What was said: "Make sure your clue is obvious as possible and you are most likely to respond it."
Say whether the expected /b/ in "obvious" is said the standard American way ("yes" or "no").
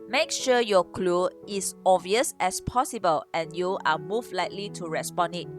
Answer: no